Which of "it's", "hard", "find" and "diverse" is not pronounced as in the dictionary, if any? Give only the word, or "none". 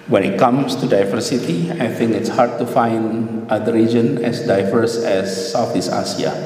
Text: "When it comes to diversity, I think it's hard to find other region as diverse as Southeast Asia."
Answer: none